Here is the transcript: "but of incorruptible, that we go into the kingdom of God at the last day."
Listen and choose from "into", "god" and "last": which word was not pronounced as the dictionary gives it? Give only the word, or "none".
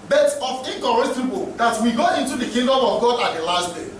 none